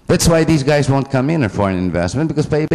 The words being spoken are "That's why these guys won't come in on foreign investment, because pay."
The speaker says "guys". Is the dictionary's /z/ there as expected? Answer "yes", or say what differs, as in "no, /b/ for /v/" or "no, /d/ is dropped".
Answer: yes